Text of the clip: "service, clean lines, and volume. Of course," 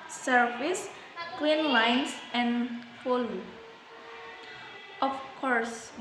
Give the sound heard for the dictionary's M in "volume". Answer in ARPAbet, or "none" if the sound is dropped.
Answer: none